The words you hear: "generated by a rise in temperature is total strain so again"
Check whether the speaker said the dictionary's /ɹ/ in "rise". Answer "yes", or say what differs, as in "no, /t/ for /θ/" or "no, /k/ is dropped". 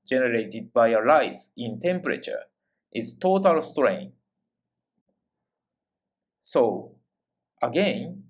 no, /l/ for /ɹ/